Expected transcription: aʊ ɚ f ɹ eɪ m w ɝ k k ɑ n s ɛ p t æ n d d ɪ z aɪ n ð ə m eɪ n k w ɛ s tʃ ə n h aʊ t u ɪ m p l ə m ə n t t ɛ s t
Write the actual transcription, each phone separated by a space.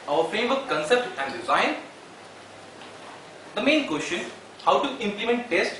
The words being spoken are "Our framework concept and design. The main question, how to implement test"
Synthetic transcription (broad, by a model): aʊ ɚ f ɹ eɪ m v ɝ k k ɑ n s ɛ p t æ n d d ɪ z aɪ n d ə m eɪ n k w ɛ s tʃ ə n h aʊ t u ɪ m p l ə m ə n t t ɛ s t